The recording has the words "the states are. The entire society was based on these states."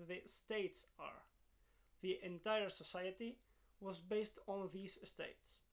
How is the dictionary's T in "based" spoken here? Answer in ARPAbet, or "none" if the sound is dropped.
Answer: T